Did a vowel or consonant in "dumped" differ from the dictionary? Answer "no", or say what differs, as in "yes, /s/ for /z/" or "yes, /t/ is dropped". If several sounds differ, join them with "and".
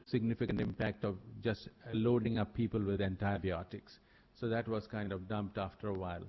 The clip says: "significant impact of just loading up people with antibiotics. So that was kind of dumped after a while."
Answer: no